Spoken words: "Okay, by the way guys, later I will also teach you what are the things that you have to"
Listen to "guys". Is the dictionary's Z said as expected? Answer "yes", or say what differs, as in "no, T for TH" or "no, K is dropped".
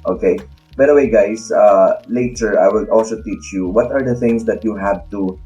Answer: no, S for Z